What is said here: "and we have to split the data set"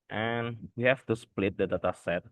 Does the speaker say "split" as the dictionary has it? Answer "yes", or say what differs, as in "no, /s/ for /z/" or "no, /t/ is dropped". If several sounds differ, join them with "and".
yes